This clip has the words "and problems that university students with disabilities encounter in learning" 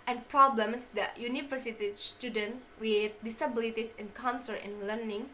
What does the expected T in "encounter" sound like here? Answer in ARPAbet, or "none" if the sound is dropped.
S